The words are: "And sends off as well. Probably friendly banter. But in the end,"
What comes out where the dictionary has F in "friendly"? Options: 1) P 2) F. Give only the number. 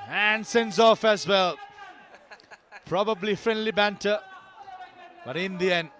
2